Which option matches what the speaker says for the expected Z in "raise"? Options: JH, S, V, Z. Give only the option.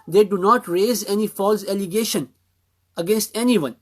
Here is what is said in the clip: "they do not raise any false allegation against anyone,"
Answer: Z